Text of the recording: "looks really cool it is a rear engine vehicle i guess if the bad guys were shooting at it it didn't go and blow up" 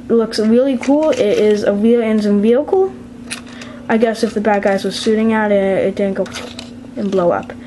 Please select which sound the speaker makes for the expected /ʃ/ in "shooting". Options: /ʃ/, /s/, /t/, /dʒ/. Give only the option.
/s/